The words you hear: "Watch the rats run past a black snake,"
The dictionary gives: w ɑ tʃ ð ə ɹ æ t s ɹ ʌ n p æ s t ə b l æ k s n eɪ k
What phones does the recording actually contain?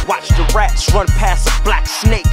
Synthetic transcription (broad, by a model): w ɑ tʃ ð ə ɹ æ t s ɹ ʌ n p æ s ə b l æ k s n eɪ k